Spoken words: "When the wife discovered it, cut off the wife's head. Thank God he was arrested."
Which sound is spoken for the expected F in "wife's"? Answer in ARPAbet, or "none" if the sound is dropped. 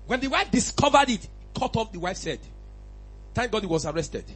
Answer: F